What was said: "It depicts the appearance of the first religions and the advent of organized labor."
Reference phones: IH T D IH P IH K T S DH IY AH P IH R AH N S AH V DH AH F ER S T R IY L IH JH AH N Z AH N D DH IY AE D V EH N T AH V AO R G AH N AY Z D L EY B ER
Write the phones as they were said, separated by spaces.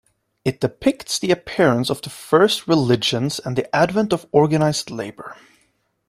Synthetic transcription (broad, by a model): IH T D IH P IH K T S DH IY AH P IH R AH N S AH V DH AH F ER S T R IY L IH JH AH N Z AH N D DH IY AE D V EH N T AH V AO R G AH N AY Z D L EY B ER